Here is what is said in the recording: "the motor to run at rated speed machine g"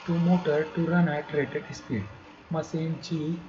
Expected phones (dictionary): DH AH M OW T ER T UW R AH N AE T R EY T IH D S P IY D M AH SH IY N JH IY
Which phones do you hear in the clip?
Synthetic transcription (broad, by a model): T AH M OW T ER T UW R AH N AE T R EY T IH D S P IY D M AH S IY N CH IY